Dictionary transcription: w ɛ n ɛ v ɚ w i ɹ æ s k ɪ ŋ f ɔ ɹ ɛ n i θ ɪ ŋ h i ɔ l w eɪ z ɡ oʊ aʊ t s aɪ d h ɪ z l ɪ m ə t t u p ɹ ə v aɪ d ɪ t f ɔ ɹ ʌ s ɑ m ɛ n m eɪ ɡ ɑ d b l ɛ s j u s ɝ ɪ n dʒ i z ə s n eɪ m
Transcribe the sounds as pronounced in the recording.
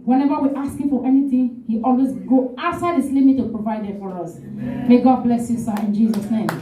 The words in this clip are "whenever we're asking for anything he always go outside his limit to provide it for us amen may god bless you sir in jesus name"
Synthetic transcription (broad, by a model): w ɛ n ɛ v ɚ w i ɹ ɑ s k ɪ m f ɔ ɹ ɛ n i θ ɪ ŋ h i ɔ l w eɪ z ɡ oʊ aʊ s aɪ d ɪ s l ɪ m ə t t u p ɹ ə v aɪ d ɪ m f ɔ ɹ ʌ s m m eɪ ɡ ɑ d b l ɛ s j u s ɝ ɪ n dʒ i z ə s n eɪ m